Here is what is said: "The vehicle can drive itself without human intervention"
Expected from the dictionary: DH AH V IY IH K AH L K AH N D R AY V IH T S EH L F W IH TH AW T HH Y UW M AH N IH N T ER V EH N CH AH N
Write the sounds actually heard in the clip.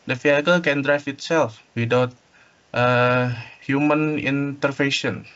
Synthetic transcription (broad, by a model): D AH F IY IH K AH L K AH N D R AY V IH T S EH L F W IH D AW T HH Y UW M AH N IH N T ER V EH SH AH N